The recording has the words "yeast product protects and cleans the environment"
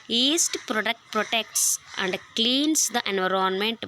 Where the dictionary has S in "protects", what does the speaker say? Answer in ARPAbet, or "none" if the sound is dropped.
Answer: S